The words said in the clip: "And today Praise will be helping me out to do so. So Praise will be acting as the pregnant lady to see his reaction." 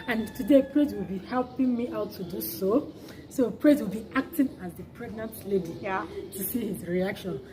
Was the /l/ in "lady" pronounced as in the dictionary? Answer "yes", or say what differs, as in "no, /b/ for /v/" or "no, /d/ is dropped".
yes